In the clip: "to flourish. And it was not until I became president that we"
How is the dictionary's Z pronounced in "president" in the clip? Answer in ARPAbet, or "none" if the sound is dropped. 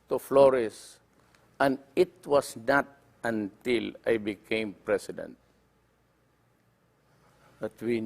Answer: S